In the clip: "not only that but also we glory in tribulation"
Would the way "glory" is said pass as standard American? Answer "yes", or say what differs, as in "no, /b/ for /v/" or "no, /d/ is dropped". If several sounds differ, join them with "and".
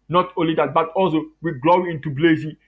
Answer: no, /ɹ/ is dropped